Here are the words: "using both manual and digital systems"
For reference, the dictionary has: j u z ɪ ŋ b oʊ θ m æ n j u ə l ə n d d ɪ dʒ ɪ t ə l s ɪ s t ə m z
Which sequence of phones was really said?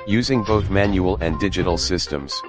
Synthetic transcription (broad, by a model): j u z ɪ ŋ b oʊ θ m æ n j u ə l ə n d d ɪ dʒ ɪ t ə l s ɪ s t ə m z